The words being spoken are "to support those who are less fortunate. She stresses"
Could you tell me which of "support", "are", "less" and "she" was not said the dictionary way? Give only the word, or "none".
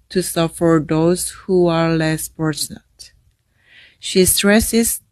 support